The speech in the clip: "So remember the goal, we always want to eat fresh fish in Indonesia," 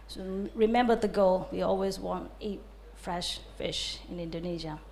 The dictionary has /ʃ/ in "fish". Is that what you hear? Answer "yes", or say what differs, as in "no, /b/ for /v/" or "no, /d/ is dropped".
yes